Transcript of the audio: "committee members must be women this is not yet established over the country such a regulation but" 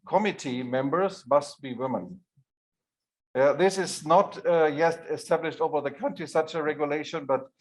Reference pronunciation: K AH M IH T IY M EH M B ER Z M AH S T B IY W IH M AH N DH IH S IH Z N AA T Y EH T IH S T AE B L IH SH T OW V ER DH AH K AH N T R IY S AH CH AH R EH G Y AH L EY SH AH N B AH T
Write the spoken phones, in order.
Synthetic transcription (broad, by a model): K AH M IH T IY M EH M B ER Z M AH S T B IY W IH M AH N DH IH S IH Z N AA T Y EH T IH S T AE B L IH SH T OW V ER DH AH K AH N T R IY S AH CH AH R EH G Y AH L EY SH AH N B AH T